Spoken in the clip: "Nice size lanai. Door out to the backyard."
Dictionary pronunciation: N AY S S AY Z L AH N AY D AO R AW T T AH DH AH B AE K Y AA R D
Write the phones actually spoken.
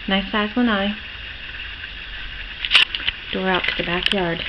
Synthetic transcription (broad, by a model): N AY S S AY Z W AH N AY D AO R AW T T AH DH AH B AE K Y AA R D